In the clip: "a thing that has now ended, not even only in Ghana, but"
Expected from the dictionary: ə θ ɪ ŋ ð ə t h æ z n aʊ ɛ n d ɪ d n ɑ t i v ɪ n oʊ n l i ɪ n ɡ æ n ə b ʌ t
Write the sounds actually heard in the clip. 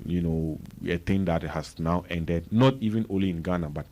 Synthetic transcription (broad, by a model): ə t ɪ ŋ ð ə t h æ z n aʊ ɛ n d ɪ d n ɑ t i v ɪ n oʊ n l i ɪ n ɡ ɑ n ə b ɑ t